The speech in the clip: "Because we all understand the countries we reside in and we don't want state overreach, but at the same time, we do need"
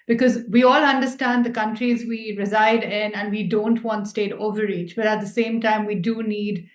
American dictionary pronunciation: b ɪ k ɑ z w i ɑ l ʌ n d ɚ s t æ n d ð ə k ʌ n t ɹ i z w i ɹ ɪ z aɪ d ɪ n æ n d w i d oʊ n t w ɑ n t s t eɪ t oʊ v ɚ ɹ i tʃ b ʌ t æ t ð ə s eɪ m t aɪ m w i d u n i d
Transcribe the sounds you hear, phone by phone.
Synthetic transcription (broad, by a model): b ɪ k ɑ z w i ɑ l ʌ n d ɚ s t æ n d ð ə k ʌ n t ɹ i z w i ɹ ɪ z aɪ d ɪ n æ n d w i d oʊ n t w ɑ n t s t eɪ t oʊ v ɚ ɹ i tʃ b ʌ t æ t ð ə s eɪ m t aɪ m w i d u n i d